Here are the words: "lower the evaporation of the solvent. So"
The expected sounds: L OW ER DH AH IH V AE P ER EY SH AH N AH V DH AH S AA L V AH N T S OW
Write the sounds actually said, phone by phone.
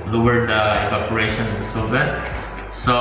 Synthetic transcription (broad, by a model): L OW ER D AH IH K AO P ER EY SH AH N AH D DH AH S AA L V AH T S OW